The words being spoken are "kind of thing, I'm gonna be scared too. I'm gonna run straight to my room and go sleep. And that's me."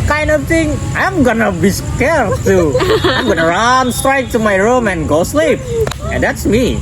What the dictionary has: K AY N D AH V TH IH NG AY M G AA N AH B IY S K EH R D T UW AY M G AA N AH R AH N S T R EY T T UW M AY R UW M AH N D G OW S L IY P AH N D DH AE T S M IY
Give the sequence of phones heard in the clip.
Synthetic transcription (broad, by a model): K AY N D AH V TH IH NG AY M G AA N AH B IY S K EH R T UW AY M G AA N AH R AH N S T R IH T T UW M AY R UW M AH N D G OW S L IY P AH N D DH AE T S M IY